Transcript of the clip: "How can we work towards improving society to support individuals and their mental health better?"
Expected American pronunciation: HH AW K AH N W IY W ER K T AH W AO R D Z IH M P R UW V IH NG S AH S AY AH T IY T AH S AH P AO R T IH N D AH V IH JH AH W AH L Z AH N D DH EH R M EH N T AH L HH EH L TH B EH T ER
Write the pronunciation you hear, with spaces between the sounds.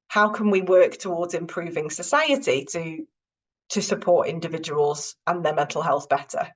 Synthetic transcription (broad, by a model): HH AW K AH N W IY W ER K T AH W AO D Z IH M P R UW V IH NG S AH S AY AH T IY T AH S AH P AO T IH N D AH V IH JH AH W AH L Z AH N DH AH M EH N T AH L HH EH L TH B EH T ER